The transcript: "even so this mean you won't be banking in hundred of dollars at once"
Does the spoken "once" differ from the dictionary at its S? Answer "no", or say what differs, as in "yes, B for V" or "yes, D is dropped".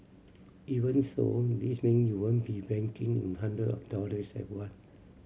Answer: yes, S is dropped